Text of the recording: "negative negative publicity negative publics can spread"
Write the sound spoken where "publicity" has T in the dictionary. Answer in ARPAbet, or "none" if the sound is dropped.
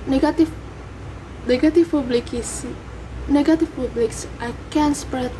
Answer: S